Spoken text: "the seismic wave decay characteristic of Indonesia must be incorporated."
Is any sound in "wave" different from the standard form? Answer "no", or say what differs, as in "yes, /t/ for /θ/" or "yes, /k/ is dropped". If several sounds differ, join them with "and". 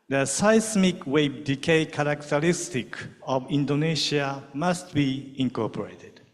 yes, /b/ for /v/